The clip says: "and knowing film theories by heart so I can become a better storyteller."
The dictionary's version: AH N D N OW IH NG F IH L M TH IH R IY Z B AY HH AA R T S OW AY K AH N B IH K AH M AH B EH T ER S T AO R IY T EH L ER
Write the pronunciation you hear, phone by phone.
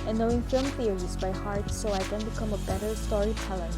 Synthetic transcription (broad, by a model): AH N N OW IH NG F IH L M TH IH R IY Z B AY HH AA R T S OW AY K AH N B IH K AH M AH B EH T ER S T AO R IY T EH L ER